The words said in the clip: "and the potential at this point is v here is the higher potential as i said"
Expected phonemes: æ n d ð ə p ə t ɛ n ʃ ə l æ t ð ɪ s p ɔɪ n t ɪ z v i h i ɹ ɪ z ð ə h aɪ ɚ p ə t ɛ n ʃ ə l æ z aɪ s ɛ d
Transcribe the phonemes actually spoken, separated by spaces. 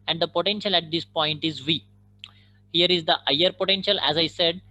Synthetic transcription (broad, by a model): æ n d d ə p ə t ɛ n ʃ ə l æ t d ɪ s p ɔɪ n t ɪ z v i h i ɹ ɪ z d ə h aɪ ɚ p ə t ɛ n ʃ ə l æ z aɪ s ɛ d